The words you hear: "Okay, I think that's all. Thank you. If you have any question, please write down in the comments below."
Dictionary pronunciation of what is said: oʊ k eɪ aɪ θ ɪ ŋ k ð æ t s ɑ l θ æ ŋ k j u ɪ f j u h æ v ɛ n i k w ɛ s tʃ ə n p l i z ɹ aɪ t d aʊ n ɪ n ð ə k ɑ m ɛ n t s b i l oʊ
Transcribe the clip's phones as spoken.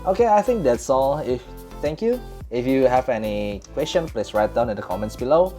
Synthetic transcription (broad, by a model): oʊ k eɪ aɪ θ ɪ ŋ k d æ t s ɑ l f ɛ ŋ k j u ɪ f j u h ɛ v ɛ n i k w ɛ s tʃ ə n p l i s ɹ aɪ t d aʊ n ɪ n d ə k ɑ m ɛ n t s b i l oʊ